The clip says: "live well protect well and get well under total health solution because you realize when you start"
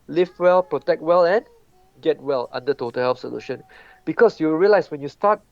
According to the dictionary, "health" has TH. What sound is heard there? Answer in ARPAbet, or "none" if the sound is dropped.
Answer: F